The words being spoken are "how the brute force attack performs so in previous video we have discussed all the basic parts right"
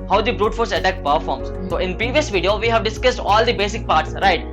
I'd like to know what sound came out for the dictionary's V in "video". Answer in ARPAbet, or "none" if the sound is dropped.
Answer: V